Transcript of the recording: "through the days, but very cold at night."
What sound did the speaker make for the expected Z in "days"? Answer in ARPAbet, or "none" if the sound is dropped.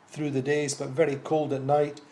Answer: Z